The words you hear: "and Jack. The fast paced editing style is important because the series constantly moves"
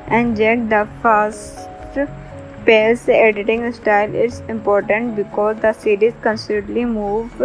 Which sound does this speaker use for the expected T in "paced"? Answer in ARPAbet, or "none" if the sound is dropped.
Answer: none